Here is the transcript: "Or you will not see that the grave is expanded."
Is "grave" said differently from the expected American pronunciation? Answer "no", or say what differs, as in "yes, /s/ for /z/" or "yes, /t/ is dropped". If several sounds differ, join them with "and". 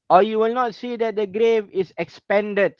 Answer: no